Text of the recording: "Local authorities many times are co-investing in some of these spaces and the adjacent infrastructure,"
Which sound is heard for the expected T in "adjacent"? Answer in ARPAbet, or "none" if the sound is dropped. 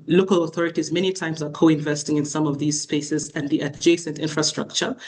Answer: T